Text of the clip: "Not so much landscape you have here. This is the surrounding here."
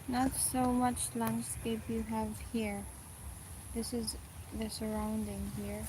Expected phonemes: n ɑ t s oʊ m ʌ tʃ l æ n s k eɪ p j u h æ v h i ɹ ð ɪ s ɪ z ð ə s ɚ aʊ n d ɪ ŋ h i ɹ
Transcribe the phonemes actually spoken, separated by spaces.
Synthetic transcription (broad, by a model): n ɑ t s oʊ m ʌ tʃ l æ n s k eɪ p j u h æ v h i ɹ ð ɪ s ɪ z ð ə s ɚ aʊ n d ɪ ŋ h i ɹ